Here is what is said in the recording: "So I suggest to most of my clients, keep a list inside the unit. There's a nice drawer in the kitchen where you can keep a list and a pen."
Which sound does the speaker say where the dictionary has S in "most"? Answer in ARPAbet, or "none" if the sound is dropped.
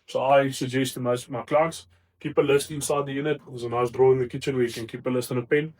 none